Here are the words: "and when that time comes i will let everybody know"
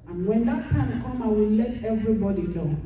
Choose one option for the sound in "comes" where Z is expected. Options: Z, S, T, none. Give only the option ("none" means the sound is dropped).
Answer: none